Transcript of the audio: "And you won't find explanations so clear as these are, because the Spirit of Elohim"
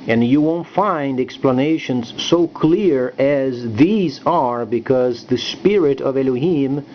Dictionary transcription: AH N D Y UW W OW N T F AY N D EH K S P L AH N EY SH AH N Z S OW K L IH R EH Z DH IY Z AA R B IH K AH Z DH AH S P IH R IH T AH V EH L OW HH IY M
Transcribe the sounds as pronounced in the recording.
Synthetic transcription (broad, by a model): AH N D Y UW W OW N T F AY N D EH K S P L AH N EY SH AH N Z S OW K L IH R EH Z DH IY Z AA R B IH K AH Z DH AH S P IH R IH T AH V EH L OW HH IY M